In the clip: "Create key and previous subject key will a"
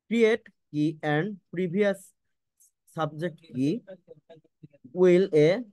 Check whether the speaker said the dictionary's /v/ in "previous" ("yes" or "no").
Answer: no